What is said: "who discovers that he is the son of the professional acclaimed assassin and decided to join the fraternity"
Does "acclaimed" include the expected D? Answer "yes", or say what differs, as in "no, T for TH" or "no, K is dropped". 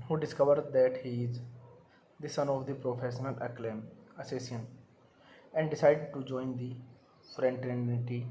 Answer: no, D is dropped